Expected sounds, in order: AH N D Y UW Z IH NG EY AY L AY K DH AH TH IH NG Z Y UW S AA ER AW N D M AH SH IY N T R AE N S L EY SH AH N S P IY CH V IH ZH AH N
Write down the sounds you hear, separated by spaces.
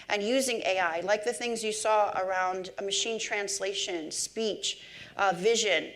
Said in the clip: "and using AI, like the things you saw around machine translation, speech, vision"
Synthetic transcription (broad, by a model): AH N Y UW Z IH NG EY AY L AY K DH AH TH IH NG Z Y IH S AA ER AW N D M AH SH IY N T R AE N S L EY SH AH N S P IY CH V IH ZH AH N